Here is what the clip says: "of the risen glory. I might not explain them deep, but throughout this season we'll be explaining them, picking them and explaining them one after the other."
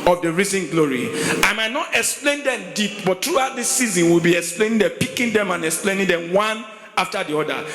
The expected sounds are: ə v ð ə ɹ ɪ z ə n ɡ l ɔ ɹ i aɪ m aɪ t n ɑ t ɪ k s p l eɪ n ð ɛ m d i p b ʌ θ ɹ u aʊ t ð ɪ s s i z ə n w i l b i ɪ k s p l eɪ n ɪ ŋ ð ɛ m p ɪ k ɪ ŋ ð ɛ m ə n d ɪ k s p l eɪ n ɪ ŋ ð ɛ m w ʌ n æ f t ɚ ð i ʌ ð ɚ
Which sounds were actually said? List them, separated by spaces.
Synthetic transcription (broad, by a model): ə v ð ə ɹ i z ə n ɡ l ɔ ɹ i aɪ m aɪ t n ɑ t ɪ k s p l eɪ n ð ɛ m d i p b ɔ t ɹ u aʊ t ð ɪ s s i z ə n w i l b i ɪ k s p l eɪ n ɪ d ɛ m p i k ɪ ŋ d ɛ m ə n ɪ k s p l eɪ n ɪ ŋ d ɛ m w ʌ n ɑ f t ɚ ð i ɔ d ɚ